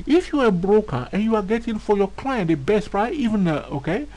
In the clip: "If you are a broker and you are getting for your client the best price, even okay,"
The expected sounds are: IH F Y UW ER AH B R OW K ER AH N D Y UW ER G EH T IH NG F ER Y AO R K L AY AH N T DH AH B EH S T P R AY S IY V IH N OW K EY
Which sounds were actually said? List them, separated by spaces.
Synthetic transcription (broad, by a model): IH F Y UW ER AH B R OW K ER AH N Y UW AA G EH T IH NG F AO Y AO K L AY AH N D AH B EH S T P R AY IY V IH N OW K EY